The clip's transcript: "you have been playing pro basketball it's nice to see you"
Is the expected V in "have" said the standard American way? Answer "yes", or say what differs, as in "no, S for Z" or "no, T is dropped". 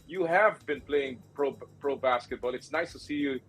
yes